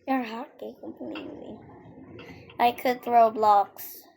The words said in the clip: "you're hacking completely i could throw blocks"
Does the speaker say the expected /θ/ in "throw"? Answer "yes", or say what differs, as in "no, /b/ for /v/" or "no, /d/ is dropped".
yes